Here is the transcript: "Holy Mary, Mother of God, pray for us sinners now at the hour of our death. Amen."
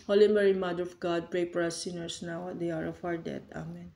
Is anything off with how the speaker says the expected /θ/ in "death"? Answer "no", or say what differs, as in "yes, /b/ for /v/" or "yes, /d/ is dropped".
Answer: yes, /t/ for /θ/